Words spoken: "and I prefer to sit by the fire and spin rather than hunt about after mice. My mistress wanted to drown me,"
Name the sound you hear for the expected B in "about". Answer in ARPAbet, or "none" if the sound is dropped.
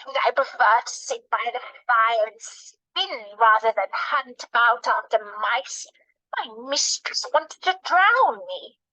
none